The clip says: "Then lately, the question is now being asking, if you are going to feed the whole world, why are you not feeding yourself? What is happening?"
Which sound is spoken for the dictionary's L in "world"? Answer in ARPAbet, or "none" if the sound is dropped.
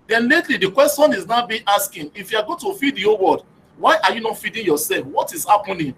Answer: none